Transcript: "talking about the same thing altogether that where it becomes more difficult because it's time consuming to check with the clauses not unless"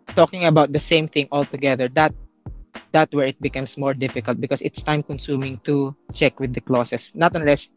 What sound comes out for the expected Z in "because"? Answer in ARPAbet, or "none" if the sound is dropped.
S